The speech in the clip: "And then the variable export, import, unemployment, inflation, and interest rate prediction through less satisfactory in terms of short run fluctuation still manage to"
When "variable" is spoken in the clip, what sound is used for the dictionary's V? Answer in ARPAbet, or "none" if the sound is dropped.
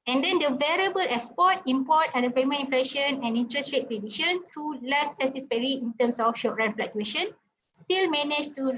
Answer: V